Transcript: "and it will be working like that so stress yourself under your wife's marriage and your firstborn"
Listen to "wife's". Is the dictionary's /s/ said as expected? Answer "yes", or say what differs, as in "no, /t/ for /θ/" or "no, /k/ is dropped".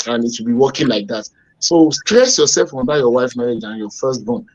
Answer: no, /s/ is dropped